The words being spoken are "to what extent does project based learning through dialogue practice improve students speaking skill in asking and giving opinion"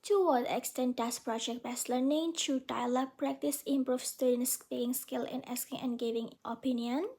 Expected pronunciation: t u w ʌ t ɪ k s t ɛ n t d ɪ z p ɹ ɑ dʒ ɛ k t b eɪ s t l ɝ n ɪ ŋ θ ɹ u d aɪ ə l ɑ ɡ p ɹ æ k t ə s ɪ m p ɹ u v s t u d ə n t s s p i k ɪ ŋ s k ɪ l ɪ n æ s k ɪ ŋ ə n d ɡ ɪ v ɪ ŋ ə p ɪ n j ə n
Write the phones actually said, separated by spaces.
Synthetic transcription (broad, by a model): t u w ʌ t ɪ k s t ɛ n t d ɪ s p ɹ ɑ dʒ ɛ k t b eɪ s l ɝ n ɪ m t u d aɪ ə l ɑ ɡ p ɹ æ k t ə s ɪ m p ɹ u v s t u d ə n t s s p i ɪ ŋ s k ɪ l ɪ n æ s k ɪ ŋ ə n ɡ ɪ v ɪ ŋ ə p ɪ n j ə n